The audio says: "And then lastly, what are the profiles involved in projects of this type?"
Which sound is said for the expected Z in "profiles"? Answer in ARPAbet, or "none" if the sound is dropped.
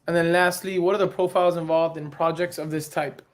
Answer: Z